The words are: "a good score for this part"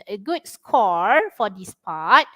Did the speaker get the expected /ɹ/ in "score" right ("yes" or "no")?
yes